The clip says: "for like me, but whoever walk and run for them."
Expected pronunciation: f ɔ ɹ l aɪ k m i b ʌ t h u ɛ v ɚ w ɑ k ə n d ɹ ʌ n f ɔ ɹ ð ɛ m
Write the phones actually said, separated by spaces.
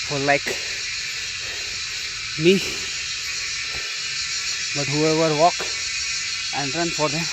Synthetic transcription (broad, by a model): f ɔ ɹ l aɪ k m i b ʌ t h u ɛ v ɚ w ɑ k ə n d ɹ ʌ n f ɔ ɹ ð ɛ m